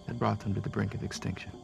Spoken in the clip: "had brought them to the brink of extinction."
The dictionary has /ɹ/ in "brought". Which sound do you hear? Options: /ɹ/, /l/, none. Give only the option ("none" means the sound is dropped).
/ɹ/